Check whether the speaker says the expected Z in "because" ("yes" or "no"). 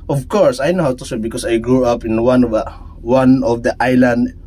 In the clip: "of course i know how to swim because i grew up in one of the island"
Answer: no